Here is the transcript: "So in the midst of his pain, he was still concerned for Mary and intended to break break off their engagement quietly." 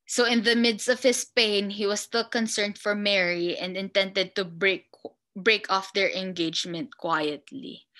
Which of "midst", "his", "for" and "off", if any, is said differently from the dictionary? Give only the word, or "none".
his